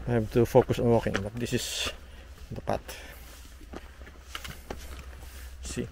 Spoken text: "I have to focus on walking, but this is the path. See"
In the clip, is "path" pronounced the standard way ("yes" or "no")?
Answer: no